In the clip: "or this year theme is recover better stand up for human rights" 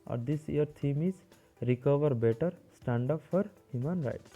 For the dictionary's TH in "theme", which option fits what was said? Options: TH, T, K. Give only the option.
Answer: T